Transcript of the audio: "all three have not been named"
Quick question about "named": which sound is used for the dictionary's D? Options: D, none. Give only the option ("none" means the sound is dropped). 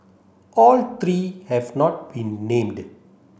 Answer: D